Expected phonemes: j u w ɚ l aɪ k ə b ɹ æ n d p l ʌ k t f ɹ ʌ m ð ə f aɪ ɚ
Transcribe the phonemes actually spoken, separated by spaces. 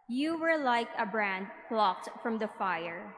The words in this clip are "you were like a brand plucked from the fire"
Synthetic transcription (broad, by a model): j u w ɚ l aɪ k ə b ɹ æ n d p l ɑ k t f ɹ ʌ m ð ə f aɪ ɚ